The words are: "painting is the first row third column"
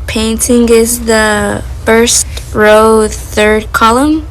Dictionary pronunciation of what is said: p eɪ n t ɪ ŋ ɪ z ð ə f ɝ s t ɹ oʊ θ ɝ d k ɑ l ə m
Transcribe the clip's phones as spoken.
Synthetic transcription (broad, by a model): p eɪ n t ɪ ŋ ɪ z ð ə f ɝ s t ɹ oʊ θ ɝ d k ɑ l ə m